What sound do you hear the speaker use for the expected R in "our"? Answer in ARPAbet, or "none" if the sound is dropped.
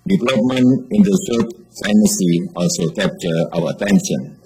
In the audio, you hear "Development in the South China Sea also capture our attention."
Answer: W